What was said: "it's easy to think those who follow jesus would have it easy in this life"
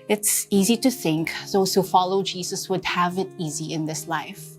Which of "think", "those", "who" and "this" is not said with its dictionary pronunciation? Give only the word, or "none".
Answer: none